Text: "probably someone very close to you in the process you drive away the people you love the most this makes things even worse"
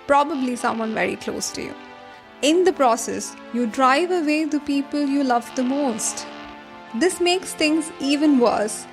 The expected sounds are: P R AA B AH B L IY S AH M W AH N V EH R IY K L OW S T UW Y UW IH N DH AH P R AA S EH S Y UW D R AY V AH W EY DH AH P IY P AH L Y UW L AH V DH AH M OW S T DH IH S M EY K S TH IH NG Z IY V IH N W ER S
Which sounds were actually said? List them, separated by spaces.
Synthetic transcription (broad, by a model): P R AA B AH B L IY S AH M W AH N V EH R IY K L OW S T UW Y UW IH N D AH P R AA S EH S Y UW D R AY V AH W EY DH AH P IY P AH L Y UW L AH V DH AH M OW S T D IH S M EY K S T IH NG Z IY V IH N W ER S